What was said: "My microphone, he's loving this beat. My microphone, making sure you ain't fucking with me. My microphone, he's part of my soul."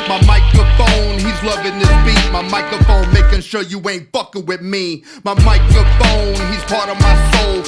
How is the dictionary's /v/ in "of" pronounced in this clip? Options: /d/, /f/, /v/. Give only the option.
/v/